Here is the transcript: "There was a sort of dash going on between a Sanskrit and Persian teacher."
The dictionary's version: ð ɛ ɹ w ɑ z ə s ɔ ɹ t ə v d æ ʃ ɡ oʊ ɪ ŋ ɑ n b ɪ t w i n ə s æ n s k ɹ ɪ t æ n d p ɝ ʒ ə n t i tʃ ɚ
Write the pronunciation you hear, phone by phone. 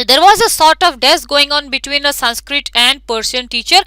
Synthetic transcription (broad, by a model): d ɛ ɹ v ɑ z ə s ɔ ɹ t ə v d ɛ s ɡ oʊ ɪ ŋ ɑ n b ɪ t w i n ə s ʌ n s k ɹ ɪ t æ n d p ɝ s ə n t i tʃ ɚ